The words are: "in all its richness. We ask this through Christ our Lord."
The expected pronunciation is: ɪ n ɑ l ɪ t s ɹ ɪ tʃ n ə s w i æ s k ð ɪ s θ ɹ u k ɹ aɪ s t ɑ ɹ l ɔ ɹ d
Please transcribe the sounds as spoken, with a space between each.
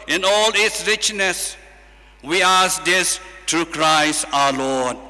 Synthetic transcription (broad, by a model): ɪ n ɑ l ɪ t s ɹ ɪ tʃ n ə s w i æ s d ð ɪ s t ɹ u k ɹ aɪ s t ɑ l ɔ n